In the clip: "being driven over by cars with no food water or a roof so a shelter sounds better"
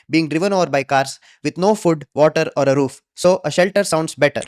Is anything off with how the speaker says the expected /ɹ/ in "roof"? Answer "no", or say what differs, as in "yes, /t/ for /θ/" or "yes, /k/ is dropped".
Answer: no